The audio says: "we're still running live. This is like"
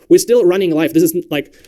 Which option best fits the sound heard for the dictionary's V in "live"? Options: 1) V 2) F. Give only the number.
2